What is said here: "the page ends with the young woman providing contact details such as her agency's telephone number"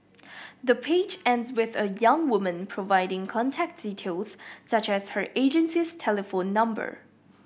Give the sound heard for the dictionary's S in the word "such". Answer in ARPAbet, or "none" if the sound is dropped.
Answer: S